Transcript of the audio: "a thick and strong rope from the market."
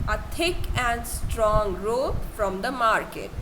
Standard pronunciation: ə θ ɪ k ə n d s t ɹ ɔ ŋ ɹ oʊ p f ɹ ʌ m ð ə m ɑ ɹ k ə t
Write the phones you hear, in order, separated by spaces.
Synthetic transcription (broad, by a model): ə t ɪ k ə n d s t ɹ ɔ ŋ ɹ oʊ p f ɹ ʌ m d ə m ɑ ɹ k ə t